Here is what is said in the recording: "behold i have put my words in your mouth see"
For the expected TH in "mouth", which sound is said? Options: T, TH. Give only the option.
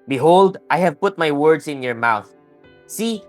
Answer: TH